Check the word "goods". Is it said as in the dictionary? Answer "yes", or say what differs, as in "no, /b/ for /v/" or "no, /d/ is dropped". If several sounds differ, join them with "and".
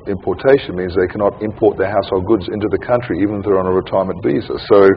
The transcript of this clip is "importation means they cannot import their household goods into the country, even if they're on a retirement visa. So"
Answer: yes